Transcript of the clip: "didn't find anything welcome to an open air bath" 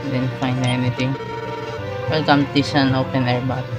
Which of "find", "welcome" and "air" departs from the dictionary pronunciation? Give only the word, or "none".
find